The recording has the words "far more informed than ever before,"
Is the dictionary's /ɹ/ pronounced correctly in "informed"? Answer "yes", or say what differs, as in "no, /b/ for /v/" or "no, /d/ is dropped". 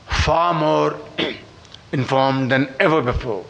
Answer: yes